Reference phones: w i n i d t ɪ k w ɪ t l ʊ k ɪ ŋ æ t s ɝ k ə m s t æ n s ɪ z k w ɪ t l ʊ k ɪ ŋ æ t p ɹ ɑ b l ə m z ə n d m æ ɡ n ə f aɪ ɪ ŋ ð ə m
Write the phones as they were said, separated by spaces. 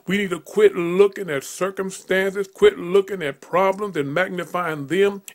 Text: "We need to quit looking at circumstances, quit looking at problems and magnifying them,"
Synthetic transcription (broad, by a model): w i n i d t ɪ k w ɪ t l ʊ k ɪ ŋ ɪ t s ɝ k ə m s t æ n s ɪ z k w ɪ t l ʊ k ɪ ŋ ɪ t p ɹ ɑ b l ə m z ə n m æ ɡ n ə f aɪ ɪ ŋ ð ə m